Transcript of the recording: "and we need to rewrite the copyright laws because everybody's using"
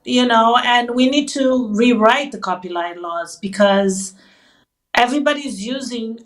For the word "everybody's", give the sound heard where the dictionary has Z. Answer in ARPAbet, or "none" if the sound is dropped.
Z